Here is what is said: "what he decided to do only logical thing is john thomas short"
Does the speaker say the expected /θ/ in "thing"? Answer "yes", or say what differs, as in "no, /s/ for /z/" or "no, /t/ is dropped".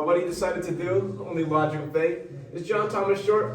no, /f/ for /θ/